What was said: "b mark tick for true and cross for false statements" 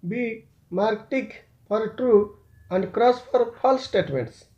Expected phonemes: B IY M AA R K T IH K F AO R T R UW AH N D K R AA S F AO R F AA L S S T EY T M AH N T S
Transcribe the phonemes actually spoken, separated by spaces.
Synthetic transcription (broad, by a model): B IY M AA R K T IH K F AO R T R UW AH N D K R AA S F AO R P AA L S S T EY T M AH N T S